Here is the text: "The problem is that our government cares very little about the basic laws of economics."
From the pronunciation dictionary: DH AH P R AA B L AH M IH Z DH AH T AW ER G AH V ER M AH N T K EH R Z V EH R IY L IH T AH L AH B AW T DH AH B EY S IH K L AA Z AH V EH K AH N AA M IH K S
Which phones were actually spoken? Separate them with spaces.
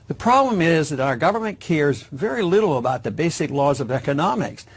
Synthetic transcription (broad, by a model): DH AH P R AA B L AH M IH Z DH AH T AW ER G AH V ER M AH N K EH R Z V EH R IY L IH T L AH B AW T DH AH B EY S IH K L AA Z AH V EH K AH N AA M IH K S